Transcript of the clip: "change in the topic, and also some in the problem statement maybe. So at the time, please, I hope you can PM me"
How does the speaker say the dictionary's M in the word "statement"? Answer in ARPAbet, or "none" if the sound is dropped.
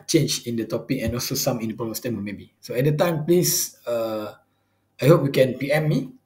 none